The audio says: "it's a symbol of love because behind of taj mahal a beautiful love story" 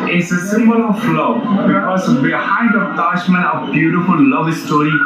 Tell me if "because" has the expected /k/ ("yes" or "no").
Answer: no